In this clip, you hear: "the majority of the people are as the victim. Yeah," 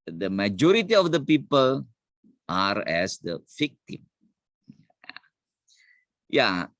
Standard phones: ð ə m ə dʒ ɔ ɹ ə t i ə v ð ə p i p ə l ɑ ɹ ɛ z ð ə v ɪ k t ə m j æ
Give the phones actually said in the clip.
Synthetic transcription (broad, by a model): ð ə m ə dʒ ɔ ɹ ə t i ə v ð ə p i p ə l ɑ ɹ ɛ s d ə f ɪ k t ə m j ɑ